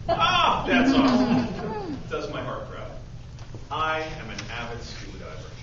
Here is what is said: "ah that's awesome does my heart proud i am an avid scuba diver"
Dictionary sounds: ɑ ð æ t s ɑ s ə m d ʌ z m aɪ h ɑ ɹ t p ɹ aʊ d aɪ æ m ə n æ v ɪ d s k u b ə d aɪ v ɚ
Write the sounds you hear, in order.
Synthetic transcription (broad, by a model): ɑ ð æ t s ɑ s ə d ʌ z m aɪ h ɑ ɹ t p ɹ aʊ aɪ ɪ m ə n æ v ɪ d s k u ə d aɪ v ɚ